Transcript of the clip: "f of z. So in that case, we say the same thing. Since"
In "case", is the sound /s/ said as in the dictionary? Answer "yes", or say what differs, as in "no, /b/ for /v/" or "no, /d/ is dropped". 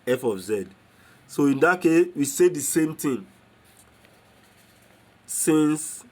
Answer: yes